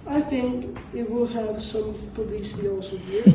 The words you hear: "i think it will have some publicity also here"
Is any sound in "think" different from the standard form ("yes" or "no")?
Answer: no